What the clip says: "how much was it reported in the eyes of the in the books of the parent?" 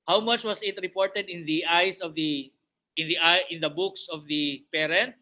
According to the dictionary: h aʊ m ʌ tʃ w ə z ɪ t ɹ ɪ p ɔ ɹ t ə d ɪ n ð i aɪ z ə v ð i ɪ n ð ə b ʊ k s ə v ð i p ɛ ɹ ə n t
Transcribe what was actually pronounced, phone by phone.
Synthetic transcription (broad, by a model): h aʊ m ʌ tʃ w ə s ɪ t ɹ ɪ p ɔ ɹ t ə d ɪ n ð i aɪ s ə v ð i ɪ n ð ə b ʊ k s ə v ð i p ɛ ɹ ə n t